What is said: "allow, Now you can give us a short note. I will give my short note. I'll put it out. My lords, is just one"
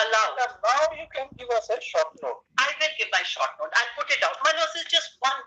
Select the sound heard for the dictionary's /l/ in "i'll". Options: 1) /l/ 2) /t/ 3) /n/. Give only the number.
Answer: 3